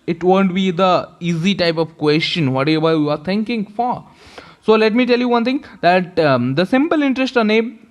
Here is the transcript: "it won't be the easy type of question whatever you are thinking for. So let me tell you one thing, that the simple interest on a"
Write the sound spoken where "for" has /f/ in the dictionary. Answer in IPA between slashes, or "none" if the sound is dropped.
/f/